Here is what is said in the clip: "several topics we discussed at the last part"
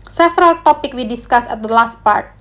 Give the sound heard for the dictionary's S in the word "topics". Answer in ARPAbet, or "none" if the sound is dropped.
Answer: none